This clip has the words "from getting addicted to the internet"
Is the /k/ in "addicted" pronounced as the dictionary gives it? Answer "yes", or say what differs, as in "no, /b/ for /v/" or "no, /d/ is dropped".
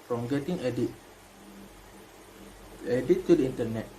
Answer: no, /k/ is dropped